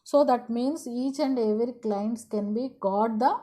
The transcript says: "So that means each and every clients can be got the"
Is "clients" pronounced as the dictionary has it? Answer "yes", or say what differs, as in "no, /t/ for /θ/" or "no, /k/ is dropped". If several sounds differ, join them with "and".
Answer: yes